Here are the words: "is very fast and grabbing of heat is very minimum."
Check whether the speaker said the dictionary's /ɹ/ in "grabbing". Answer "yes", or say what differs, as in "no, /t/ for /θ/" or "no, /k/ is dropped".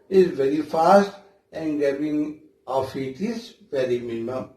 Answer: no, /ɹ/ is dropped